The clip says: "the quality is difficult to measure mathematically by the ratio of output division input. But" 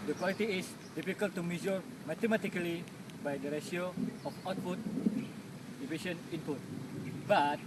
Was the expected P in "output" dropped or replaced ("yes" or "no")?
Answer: yes